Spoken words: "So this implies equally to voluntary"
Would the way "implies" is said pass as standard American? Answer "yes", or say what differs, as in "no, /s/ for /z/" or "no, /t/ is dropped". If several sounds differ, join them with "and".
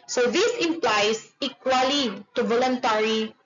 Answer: no, /s/ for /z/